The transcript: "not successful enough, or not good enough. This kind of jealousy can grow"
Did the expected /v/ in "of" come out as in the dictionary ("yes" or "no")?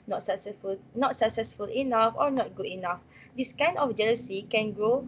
no